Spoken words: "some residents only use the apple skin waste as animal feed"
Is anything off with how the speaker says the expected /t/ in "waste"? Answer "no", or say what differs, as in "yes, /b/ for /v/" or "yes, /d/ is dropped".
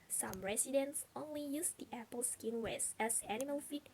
yes, /t/ is dropped